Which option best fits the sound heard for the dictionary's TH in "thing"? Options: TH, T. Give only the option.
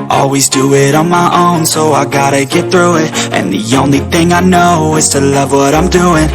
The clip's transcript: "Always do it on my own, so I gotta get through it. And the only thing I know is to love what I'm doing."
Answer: TH